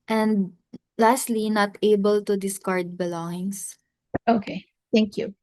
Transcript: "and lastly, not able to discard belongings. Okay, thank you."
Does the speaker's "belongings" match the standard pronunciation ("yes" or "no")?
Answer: no